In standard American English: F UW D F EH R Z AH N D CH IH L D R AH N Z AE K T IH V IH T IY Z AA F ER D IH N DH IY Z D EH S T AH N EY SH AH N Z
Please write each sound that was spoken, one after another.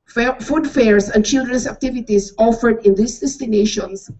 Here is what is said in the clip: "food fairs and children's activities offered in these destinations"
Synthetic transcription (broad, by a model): F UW D F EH R S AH N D CH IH L D R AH N S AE K T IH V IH T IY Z AA F ER D IH N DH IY S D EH S T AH N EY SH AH N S